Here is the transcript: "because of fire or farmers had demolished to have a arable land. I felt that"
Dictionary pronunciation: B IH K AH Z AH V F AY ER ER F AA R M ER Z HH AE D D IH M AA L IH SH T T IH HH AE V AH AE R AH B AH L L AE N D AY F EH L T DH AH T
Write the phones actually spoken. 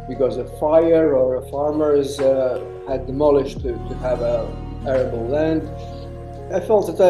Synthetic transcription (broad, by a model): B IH K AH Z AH F AY ER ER F AA R M ER Z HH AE D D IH M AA L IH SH T T IH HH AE V AH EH R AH B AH L L AE N D AY F EH L T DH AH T